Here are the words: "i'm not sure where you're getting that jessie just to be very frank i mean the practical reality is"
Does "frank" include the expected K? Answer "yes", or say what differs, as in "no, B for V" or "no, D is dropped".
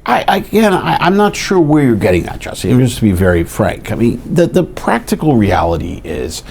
yes